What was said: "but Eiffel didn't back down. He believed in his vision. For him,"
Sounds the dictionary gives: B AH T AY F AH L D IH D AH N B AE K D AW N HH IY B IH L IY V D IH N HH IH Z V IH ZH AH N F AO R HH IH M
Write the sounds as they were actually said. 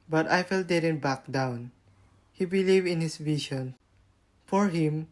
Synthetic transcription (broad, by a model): B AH T AY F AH L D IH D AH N B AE K D AW N HH IY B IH L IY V IH N HH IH S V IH SH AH N F AO R HH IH M